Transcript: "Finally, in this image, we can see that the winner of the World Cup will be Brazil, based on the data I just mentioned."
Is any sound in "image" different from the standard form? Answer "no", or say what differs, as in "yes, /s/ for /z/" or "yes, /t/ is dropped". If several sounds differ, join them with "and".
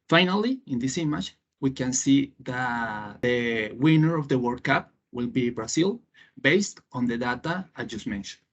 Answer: yes, /tʃ/ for /dʒ/